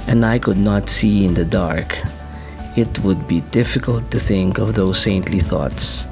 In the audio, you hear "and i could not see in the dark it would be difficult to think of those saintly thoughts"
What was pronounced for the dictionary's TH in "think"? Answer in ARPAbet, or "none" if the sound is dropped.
TH